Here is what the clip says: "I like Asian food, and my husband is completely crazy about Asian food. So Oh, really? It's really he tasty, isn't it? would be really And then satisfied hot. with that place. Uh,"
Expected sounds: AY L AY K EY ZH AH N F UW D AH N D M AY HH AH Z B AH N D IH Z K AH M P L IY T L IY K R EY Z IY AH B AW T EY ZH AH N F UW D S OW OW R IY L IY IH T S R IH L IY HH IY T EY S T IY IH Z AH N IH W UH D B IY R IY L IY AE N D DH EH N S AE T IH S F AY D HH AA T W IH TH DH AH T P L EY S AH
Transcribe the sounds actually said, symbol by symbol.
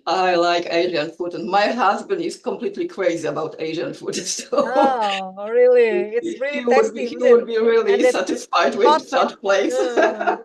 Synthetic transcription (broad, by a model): AY L AY K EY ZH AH N F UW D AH N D M AY HH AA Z B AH N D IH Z K AH M P L IY T L IY K R EY Z IY AH B AW T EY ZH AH N F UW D S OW OW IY R IH L IY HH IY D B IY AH W UH D B IY R IY L IY S AE T IH S F AY D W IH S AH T P L EY S